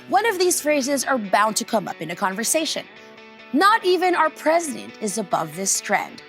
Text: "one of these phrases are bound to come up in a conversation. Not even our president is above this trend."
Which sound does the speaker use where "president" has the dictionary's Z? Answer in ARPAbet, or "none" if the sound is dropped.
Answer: Z